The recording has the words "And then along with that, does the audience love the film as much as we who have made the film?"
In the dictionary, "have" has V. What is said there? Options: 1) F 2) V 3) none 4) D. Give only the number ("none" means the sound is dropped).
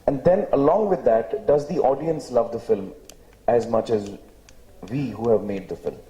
2